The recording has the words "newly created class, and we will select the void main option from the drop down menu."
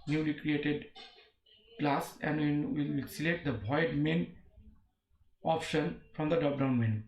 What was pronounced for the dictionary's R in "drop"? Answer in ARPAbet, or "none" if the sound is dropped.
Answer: none